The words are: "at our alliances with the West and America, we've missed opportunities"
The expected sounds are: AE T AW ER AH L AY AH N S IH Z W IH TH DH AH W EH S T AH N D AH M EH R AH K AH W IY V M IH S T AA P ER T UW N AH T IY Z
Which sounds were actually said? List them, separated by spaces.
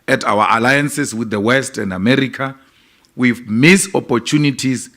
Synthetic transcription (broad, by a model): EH T AW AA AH L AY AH N S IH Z W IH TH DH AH W EH S T AH N D AH M EH R AH K AH W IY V M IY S AA P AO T UW N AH T IY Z